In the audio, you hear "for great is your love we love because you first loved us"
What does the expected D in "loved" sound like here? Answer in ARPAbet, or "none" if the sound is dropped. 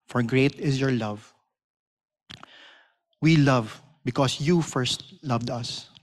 D